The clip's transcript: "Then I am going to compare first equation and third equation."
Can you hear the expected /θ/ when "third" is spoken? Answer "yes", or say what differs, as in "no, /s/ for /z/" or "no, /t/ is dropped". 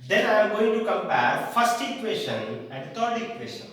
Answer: no, /t/ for /θ/